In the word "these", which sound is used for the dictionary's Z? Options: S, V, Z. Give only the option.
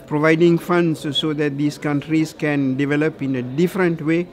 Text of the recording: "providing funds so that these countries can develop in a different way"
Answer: S